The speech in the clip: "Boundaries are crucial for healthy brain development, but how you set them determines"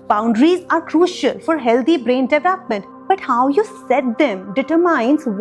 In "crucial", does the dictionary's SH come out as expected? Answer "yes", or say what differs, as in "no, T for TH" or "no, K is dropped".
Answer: yes